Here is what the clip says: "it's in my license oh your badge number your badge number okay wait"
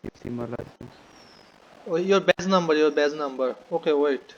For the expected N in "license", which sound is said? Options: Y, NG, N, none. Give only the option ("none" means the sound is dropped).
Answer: none